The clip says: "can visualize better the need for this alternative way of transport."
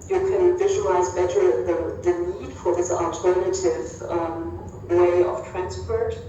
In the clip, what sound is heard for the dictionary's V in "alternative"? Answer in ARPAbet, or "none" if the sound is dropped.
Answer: V